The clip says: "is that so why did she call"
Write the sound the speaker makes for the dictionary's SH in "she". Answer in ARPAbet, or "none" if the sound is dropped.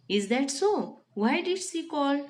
S